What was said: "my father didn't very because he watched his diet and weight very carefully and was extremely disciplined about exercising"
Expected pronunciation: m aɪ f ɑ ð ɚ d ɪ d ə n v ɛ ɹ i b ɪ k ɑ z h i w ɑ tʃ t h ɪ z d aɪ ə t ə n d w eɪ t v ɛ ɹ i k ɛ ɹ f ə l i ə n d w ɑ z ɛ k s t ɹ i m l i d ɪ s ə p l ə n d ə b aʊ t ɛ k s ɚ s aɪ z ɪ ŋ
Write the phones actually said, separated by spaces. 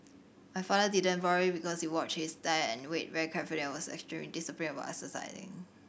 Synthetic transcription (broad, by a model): m aɪ f ɑ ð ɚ d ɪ d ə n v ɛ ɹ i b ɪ k ɑ s h i w ɑ tʃ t h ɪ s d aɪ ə ə n w eɪ t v ɛ ɹ i k ɛ ɹ f ə l i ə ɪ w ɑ s ɛ k s t ɹ i m l i d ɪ s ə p ə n ə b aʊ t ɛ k s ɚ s aɪ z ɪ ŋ